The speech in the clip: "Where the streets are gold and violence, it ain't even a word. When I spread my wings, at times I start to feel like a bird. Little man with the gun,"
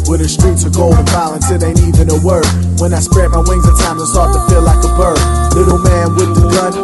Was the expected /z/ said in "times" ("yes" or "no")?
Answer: no